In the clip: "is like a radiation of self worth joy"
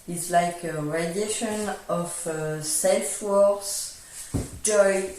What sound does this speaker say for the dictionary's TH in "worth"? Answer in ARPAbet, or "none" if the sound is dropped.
S